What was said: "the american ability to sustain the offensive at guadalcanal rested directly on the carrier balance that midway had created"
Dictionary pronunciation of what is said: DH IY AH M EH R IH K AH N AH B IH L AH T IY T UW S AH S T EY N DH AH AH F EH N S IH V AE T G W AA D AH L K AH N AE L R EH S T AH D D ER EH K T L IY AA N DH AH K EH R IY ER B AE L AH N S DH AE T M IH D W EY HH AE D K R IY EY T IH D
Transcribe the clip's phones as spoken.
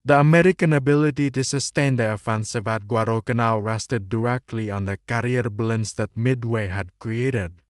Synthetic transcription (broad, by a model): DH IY AH M EH R IH K AH N AH B IH L AH T IY T UW S AH S T EY N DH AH AH F EH N S IH V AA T G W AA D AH K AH N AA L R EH S T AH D D ER EH K T L IY AA N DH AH K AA R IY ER B L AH N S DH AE T M IH D W EY HH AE D K R IY EY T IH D